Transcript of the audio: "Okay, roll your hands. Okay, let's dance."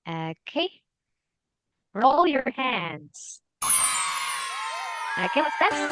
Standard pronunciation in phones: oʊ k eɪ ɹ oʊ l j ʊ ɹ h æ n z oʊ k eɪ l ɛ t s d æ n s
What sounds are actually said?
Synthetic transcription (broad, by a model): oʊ k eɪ ɹ oʊ l j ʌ ɹ h æ n z oʊ k eɪ w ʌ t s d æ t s